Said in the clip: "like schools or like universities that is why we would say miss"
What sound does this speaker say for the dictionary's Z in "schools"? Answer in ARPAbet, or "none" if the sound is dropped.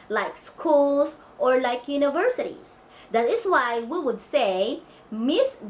S